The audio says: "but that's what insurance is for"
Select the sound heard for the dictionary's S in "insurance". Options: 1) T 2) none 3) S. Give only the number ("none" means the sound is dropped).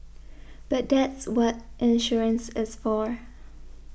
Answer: 3